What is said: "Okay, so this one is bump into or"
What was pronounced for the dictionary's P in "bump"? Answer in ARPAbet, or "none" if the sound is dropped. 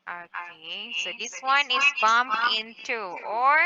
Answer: none